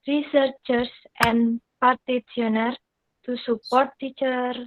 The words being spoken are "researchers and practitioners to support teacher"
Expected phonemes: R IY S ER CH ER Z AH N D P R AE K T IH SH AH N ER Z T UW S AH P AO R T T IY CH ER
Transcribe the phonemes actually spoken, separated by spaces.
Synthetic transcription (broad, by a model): R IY S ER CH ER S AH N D P AE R T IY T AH N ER T UW S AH P AO R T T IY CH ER